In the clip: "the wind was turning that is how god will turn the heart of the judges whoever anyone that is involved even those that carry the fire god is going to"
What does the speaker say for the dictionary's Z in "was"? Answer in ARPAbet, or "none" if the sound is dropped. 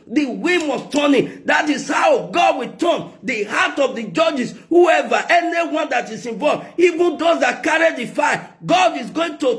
S